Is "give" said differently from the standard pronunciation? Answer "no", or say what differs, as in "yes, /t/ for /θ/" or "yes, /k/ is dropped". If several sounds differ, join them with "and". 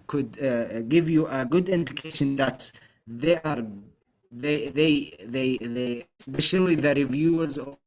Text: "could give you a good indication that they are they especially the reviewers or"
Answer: no